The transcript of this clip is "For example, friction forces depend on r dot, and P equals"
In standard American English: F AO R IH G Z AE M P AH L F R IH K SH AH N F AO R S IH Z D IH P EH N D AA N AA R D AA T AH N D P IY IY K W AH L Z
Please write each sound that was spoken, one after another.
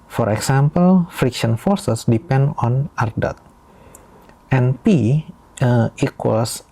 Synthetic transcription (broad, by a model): F AO R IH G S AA M P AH L F R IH K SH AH N F AO R S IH S D IH P EH N D AA N AA R D AA T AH N P IY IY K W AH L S